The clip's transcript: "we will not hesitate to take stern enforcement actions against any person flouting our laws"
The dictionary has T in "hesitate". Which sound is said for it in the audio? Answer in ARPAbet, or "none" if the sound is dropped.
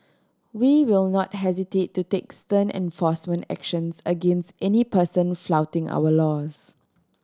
T